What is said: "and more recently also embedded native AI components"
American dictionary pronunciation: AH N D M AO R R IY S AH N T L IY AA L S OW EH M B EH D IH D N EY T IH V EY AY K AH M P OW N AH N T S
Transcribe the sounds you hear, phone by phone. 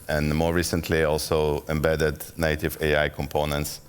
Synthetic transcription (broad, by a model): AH N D M AO R R IY S AH N T L IY AA L S OW EH M B EH D IH D N EY T IH V EY AY K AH M P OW N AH N T S